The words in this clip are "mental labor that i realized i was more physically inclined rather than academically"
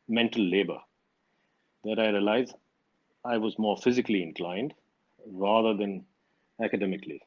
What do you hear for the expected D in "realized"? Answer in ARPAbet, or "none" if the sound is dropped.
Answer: none